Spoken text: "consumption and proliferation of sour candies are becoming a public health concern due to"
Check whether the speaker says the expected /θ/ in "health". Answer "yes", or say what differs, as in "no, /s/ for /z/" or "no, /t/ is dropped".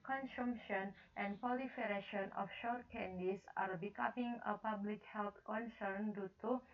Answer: no, /t/ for /θ/